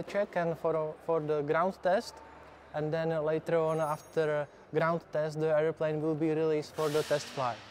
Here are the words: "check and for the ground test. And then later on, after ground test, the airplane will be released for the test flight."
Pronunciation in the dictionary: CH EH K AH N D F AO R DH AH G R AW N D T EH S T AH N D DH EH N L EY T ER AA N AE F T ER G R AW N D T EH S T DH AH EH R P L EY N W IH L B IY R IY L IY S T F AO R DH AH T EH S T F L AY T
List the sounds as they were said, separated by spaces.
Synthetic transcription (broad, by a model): CH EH K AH N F F AO R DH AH G R AW N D T EH S T AH N D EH N L EY T ER AA N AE F T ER G R AW N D T EH S T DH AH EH R P L EY N W IH L B IY R IY L IY S T F AO R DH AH T EH S T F L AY